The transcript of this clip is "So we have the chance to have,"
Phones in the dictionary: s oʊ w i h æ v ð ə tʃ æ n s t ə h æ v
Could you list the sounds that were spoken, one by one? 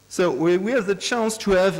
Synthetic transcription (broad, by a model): s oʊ w i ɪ v ð ə tʃ æ n s t ə v